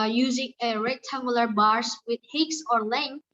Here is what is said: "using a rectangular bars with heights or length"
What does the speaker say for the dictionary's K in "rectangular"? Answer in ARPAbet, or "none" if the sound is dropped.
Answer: none